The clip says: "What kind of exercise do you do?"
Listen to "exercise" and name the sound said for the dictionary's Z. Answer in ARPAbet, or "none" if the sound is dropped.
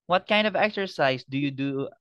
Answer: S